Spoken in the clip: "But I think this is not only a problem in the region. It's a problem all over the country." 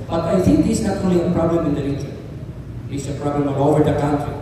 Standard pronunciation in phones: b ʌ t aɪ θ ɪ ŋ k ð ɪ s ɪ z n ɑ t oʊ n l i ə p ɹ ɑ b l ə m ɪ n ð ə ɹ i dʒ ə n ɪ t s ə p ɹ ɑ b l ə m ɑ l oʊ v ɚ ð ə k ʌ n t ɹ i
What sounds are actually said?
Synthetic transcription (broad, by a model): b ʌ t aɪ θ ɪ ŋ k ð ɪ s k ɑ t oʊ l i ə p ɹ ɑ b l ə m ɪ n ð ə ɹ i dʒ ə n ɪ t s ə p ɹ ɑ b l ə m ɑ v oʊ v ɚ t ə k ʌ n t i